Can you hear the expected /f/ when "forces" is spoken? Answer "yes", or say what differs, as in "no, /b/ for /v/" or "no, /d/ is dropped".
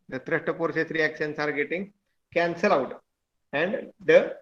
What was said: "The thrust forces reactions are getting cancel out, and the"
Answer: no, /p/ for /f/